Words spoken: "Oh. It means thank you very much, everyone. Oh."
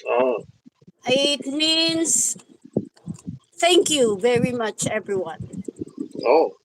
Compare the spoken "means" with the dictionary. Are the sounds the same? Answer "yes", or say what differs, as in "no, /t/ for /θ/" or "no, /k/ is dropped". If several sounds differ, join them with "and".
no, /s/ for /z/